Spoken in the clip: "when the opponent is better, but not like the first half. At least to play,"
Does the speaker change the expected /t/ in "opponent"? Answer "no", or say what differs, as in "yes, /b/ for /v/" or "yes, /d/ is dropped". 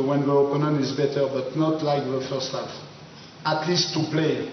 yes, /t/ is dropped